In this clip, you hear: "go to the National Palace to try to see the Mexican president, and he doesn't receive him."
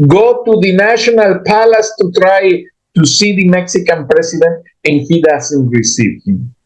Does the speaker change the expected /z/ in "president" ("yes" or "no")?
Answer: yes